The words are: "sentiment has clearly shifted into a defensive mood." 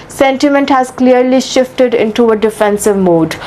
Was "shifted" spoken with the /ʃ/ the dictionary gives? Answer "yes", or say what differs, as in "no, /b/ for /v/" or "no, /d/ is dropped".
yes